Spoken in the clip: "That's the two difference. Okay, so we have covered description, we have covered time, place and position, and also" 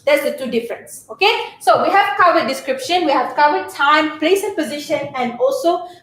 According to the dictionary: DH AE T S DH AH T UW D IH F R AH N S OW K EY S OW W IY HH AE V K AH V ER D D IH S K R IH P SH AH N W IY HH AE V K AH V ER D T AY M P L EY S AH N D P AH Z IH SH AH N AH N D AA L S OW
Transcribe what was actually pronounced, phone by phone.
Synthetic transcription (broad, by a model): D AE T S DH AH T UW D IH F R AH N S OW K EY S OW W IY HH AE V K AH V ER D D IH S K R IH P SH AH N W IY HH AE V K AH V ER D T AY M P L EY S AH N P AH Z IH SH AH N AH N D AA L S OW